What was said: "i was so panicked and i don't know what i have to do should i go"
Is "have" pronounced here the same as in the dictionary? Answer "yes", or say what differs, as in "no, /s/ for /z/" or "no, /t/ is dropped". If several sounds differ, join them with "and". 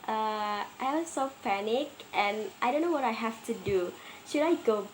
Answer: no, /f/ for /v/